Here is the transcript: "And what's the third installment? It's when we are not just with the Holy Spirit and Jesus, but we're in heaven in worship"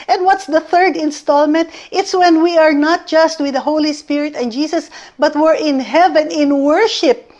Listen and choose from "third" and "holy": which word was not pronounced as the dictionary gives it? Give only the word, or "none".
none